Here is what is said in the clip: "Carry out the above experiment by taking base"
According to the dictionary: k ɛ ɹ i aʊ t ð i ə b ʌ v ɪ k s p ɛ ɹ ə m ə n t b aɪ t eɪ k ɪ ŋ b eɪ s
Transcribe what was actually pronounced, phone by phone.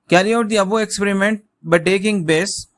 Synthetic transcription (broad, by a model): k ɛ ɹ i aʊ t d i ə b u ɪ k s p ɛ ɹ ə m ə n t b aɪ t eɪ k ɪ ŋ b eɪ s